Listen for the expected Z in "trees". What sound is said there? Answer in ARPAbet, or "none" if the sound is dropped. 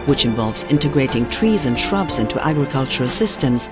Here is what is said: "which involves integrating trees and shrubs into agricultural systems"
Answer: Z